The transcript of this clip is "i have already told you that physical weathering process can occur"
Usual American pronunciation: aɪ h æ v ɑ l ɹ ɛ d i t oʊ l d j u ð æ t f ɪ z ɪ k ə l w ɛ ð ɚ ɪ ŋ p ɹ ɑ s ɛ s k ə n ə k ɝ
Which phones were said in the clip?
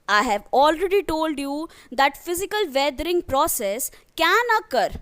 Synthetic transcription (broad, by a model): aɪ h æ v ɑ l ɹ ɛ d i t oʊ l d j u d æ t f ɪ z ɪ k ə l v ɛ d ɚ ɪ ŋ p ɹ ɑ s ɛ s k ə n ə k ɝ